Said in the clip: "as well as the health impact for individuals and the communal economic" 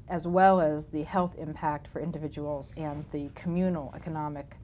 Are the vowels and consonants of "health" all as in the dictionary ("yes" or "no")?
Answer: yes